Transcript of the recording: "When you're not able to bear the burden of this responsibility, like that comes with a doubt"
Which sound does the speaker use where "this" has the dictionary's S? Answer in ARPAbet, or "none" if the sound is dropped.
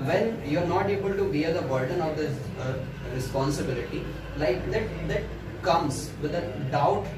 none